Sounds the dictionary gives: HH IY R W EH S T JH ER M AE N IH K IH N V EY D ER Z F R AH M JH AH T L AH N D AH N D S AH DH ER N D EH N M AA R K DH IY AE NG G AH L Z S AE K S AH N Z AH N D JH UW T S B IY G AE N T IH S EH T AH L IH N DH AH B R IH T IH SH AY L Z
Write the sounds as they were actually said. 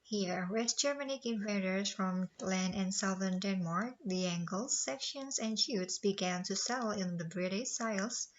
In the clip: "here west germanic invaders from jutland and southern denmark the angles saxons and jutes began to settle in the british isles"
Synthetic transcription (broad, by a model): HH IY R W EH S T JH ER M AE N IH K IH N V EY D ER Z F R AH M L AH N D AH N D S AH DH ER N D EH N M AA R K DH IY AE NG G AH L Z S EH K SH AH N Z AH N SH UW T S B IY G AE N T IH S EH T L IH N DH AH B R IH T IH S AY L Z